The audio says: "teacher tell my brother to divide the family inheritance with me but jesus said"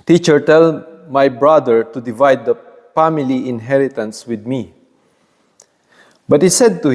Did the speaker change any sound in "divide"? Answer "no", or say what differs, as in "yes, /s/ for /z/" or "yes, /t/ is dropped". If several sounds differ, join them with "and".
no